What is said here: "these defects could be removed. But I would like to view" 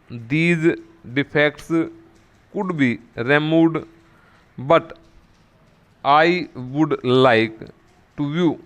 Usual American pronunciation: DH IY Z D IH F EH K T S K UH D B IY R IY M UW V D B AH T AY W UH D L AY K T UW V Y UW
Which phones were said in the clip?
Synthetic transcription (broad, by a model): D IY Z D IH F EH K T S K UH D B IY R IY M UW D B AH T AY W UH D L AY K T UW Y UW